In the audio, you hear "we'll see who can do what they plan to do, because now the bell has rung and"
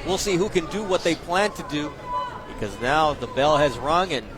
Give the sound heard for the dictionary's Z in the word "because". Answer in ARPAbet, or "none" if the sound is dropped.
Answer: Z